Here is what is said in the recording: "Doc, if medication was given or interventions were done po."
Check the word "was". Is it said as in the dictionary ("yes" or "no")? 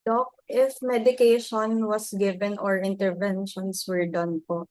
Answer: no